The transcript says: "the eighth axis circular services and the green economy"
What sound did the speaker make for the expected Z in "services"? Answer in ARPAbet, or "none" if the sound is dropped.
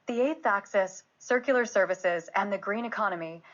Z